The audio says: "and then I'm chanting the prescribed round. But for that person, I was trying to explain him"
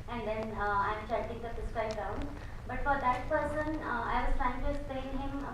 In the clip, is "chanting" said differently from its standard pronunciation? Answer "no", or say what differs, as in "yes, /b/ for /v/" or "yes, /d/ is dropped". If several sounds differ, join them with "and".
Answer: yes, /n/ is dropped